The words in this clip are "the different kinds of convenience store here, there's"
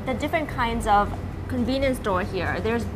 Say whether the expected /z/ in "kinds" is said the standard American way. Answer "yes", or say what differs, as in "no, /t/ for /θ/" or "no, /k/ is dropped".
yes